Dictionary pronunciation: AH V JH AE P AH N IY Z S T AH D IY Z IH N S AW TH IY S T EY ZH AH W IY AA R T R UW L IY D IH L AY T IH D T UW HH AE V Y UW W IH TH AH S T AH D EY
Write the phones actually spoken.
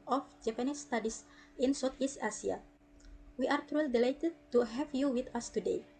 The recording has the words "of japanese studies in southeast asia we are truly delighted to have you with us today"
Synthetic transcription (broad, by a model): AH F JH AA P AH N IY S T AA D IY S IH N S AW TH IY S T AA S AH W IY AA R T R UW L IY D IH L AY T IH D T UW HH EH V Y UW W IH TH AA S T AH D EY